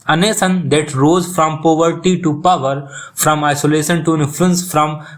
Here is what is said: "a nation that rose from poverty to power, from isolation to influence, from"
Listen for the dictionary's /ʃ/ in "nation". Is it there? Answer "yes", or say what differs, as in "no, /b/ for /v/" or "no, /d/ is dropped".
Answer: no, /s/ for /ʃ/